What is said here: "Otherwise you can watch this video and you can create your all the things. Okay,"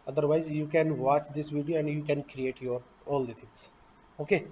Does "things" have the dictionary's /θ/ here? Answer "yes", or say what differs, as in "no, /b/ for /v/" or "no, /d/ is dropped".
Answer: no, /t/ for /θ/